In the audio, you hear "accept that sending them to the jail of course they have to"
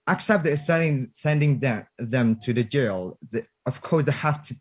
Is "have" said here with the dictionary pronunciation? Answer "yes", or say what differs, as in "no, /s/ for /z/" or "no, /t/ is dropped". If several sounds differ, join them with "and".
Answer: no, /f/ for /v/